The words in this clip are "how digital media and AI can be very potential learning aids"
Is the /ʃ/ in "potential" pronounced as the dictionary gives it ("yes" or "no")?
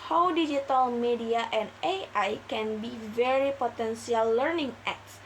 no